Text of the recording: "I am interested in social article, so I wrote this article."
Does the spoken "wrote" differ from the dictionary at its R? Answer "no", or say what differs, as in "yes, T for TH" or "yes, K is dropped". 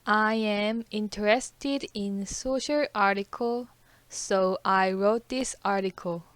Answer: no